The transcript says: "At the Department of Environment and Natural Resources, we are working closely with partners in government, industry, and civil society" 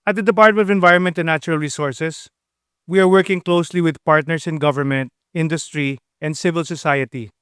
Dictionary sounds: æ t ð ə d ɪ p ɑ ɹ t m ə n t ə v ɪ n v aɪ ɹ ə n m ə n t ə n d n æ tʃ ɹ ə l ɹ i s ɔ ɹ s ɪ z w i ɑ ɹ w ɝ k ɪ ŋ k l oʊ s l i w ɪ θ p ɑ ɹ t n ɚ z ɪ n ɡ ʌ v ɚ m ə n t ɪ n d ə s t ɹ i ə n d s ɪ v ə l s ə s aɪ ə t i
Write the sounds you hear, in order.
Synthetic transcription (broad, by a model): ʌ t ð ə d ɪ p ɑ ɹ t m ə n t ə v ɪ n v aɪ ɹ ə n m ə n t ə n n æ tʃ ɹ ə l ɹ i s ɔ ɹ s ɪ s w i ɑ ɹ w ɝ k ɪ ŋ k l oʊ s l i w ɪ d p ɑ ɹ t n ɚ s ɪ n ɡ ʌ v ɚ m ə n t ɪ n d ə s t ɹ i ə n d s ɪ v ə l s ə s aɪ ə t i